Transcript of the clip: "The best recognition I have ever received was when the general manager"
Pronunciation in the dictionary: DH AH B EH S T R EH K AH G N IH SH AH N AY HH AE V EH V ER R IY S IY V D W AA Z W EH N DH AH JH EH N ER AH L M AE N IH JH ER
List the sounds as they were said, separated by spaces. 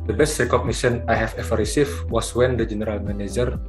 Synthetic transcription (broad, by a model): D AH B EH S T R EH K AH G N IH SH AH N AY HH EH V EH F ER R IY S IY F W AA S W EH N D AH JH EH N ER AH L M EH N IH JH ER